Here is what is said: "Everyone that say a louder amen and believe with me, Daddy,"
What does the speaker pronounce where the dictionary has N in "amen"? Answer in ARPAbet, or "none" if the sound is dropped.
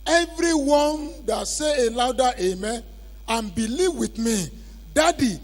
none